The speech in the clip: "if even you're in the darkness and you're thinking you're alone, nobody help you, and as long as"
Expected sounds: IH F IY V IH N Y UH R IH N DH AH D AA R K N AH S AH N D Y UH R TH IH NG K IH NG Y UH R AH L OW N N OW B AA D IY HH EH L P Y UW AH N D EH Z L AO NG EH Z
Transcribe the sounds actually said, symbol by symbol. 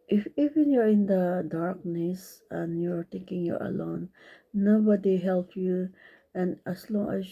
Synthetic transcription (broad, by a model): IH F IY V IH N Y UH R IH N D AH D AA R K N AH S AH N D Y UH R T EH K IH NG Y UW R AH L OW N N OW B AA D IY HH EH L P Y UW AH N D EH S L AO NG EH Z